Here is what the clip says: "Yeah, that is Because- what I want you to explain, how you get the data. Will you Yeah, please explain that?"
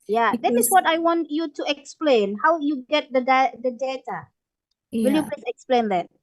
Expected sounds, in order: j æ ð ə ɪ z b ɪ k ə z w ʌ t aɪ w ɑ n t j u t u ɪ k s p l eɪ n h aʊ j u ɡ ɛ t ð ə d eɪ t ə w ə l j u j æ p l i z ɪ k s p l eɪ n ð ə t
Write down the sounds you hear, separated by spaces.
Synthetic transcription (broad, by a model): j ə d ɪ ə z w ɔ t aɪ w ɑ n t j u t u ɪ k s p l eɪ n h aʊ j u ɡ ɛ t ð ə d eɪ t ə w ə l j u p l i s ɪ k s p l eɪ n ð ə t